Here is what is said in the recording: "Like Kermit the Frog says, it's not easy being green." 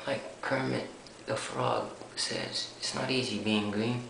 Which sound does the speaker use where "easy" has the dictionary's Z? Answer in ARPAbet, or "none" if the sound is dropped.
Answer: Z